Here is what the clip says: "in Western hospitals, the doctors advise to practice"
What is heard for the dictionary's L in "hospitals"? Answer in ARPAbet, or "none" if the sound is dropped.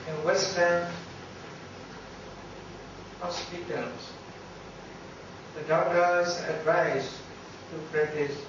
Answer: none